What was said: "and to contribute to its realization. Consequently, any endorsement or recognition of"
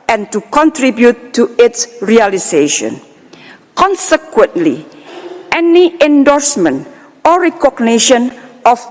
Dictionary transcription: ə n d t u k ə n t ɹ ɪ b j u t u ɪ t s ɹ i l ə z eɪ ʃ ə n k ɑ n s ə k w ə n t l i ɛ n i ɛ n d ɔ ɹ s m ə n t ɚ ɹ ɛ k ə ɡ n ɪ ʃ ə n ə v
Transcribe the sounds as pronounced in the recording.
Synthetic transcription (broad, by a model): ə n t u k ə n t ɹ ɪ b j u t u ɪ t s ɹ i l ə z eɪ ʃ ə n k ɑ n s ə k w ə n t l i ɛ n i ɛ n d ɔ ɹ s m ə n t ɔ ɹ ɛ k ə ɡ n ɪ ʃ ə n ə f